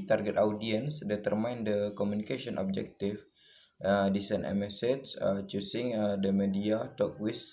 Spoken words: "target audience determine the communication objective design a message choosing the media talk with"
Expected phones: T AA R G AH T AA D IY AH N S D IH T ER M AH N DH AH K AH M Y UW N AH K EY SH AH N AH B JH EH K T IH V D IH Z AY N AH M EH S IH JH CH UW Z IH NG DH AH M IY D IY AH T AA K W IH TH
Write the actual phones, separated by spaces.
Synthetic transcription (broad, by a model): T AA R G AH T AA D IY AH N S D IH T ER M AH N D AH K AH M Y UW N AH K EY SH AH N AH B JH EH K T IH F D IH S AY N AH M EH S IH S CH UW S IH NG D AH M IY D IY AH T AA K W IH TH